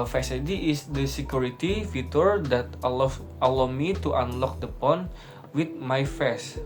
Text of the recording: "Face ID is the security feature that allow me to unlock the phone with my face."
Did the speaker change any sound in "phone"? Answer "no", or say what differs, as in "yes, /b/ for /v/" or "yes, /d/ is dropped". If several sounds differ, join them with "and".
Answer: yes, /p/ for /f/